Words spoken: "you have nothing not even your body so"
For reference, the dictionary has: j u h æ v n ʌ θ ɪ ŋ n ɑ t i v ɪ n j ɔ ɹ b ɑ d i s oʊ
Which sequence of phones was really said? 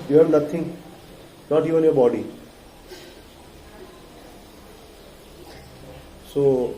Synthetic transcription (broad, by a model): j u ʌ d n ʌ t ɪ ŋ n ɑ t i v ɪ n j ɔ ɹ b ɑ d i s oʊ